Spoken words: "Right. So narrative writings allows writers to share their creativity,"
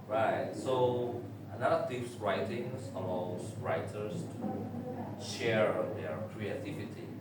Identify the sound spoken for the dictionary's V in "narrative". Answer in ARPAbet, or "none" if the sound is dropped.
P